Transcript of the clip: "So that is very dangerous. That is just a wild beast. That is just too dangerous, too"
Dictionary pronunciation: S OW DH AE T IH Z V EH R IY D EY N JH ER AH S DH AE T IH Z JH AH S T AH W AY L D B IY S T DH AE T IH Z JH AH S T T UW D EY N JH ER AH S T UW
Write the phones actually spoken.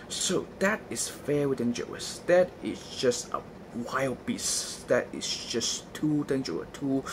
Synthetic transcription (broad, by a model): S OW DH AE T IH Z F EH W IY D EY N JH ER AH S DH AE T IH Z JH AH S T AH W AY L D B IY S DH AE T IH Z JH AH S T T UW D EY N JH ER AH T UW